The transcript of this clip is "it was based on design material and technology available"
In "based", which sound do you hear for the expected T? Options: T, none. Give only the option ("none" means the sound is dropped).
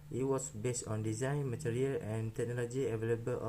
T